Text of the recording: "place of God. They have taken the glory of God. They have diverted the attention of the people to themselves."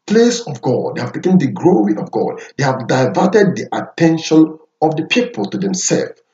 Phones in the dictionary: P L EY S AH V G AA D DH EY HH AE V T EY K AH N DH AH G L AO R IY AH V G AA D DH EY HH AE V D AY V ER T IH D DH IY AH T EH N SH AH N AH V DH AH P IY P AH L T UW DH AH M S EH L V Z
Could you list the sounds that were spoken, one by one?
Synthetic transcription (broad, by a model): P L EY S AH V G AA D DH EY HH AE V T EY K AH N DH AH G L AO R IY AH V G AA D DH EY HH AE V D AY V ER T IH D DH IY AH T EH N SH AH N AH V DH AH P IY P AH L T UW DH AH M S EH L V